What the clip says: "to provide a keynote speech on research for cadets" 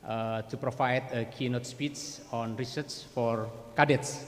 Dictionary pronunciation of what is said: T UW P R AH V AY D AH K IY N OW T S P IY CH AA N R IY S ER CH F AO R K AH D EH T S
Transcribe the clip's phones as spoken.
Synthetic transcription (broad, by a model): T UW P R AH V AY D AH K IY N OW T S P IY S AA N R IY S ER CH F AO R K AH D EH T S